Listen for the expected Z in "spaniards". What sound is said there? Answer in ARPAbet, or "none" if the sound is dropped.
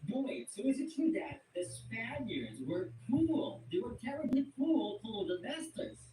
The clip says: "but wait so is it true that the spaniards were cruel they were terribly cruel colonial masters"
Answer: Z